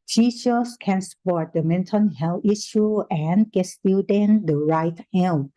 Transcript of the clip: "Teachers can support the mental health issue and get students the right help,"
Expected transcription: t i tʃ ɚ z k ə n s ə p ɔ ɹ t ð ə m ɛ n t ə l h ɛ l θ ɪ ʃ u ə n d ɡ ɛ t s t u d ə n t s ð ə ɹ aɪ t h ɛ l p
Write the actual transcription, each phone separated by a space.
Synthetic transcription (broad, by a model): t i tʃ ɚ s k ə n s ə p ɔ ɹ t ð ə m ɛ n t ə n h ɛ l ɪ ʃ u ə n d ɡ ɛ t s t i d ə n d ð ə ɹ aɪ t h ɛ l